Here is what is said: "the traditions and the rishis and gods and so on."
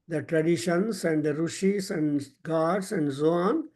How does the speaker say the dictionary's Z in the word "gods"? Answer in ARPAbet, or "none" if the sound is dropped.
S